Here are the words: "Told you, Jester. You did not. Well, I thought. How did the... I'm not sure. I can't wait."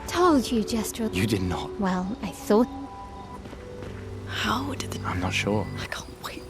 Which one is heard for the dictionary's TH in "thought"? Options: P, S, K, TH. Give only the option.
S